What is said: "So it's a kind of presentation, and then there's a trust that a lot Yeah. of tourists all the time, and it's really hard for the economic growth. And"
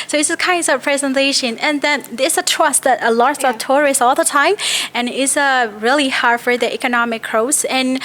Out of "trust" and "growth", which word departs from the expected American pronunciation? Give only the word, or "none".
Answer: growth